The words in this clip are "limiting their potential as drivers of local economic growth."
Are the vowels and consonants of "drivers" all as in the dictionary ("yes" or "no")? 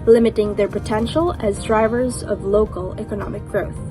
yes